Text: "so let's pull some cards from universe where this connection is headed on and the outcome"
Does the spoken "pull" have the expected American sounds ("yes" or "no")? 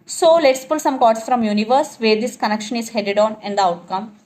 yes